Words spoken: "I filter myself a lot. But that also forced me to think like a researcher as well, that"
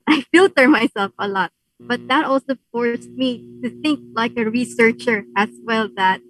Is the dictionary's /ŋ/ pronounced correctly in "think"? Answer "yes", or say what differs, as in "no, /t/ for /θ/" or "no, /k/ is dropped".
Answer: yes